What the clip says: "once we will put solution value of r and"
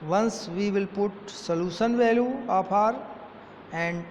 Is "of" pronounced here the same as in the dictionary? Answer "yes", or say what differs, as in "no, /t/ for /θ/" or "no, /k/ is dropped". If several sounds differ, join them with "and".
no, /p/ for /v/